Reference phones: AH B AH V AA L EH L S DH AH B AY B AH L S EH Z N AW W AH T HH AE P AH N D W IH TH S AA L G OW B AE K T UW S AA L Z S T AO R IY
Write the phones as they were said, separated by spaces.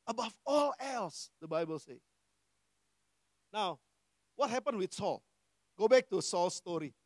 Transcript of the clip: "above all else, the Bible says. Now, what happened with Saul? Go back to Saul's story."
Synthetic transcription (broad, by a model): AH B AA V AA L EH L S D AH B AY B AH L S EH N AW W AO T HH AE P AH N W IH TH S AA L G OW B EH K T UW S AA L S T AO R IY